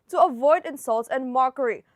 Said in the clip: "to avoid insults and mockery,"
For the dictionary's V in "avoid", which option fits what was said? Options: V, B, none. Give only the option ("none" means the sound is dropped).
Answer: V